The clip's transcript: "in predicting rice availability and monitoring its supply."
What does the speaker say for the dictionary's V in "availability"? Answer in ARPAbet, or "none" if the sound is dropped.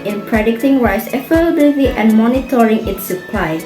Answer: F